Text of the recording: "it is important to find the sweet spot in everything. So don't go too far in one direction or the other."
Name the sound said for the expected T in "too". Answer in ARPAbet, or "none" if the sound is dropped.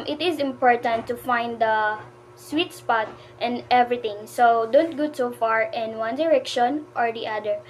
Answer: S